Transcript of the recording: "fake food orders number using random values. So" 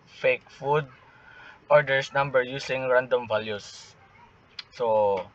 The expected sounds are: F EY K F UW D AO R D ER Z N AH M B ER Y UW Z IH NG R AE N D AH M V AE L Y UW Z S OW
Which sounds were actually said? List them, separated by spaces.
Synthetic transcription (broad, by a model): F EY K F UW D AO R D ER S N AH M B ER Y UW S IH NG R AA N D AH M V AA L Y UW S OW